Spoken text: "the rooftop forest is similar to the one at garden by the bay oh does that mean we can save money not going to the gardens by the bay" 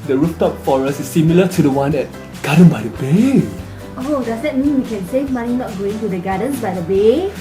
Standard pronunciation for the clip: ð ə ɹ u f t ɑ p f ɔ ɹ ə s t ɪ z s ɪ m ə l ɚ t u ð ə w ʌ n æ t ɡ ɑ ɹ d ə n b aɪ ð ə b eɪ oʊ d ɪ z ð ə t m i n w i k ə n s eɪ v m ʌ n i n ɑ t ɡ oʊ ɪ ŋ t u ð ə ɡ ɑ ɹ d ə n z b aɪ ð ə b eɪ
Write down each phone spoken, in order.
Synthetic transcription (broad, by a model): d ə ɹ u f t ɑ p f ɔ ɹ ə s ɪ s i m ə l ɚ t u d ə w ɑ n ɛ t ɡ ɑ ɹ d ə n b aɪ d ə b eɪ oʊ d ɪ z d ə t m i n w i k ə n s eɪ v m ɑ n i n ɑ t ɡ oʊ ɪ ŋ t u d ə ɡ ɑ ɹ d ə n s b aɪ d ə b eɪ